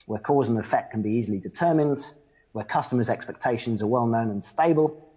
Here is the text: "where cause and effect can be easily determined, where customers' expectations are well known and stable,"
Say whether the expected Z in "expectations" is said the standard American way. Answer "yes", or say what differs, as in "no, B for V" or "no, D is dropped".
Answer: yes